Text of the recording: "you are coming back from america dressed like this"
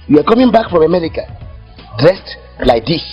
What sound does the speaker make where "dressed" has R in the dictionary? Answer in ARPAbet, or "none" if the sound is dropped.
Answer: R